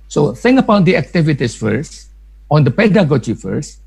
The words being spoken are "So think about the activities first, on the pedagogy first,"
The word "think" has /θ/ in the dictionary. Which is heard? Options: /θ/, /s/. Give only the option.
/s/